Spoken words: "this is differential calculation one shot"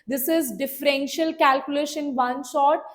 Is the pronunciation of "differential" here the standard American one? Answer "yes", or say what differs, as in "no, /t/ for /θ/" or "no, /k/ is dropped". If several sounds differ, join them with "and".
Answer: yes